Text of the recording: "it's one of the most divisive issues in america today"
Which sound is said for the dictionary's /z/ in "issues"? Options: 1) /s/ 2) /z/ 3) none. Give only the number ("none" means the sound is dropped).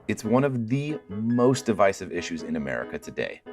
2